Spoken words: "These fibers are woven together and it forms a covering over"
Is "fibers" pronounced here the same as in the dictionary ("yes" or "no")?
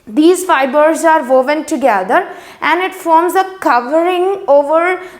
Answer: yes